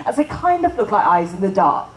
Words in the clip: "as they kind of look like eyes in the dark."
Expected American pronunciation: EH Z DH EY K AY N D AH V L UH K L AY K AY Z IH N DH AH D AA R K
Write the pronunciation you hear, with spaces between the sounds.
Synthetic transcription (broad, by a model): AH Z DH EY K AY N D AH V L UH K L AY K AY Z IH N DH AH D AA R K